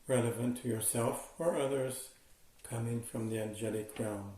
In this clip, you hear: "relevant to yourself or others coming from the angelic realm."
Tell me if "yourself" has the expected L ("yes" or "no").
yes